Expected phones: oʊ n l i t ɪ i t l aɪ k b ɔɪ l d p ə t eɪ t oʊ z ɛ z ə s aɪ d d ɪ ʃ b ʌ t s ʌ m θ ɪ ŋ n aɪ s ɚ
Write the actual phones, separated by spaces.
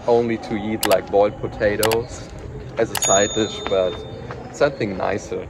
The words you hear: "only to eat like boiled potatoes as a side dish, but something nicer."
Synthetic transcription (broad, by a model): oʊ n l i t ɪ i t l aɪ k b ɔɪ l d p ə t eɪ t oʊ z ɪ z ə s aɪ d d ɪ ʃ b ʌ t s ʌ m θ ɪ ŋ n aɪ s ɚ